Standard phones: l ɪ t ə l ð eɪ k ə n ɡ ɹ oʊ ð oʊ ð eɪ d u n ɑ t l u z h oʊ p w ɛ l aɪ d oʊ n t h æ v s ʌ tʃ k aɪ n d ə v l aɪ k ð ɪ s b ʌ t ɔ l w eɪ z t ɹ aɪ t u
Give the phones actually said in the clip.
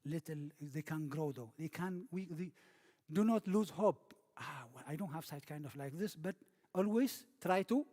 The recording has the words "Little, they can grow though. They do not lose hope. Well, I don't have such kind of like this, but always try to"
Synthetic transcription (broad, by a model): l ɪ t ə l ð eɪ k ə n ɡ ɹ oʊ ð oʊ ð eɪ d u n ɑ t l u z h oʊ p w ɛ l aɪ d oʊ n t h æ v s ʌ tʃ k aɪ n d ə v l aɪ k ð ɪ s b ʌ t ɔ l w eɪ z t ɹ aɪ t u